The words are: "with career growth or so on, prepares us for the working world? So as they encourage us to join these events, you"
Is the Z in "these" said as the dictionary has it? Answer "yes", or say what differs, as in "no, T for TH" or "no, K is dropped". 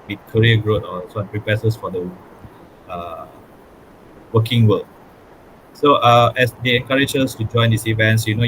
no, S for Z